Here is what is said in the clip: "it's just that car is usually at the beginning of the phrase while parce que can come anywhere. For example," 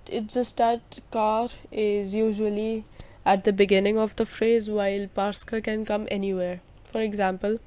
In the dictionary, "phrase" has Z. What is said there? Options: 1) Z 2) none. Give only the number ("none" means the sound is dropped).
1